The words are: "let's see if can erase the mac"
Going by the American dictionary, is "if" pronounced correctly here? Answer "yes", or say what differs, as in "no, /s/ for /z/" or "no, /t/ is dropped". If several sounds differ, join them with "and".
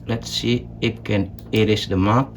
no, /p/ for /f/